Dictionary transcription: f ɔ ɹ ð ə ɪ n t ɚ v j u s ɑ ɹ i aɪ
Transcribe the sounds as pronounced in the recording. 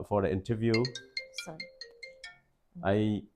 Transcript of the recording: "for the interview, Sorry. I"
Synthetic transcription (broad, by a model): f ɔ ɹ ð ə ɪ n t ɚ v j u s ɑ i